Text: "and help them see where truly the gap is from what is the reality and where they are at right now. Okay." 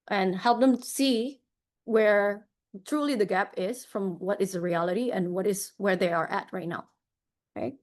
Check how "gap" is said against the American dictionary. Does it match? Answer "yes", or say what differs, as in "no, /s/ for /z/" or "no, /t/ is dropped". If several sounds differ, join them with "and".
yes